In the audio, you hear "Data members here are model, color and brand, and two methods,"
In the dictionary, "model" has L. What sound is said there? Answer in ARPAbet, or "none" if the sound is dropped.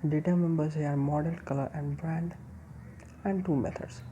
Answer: N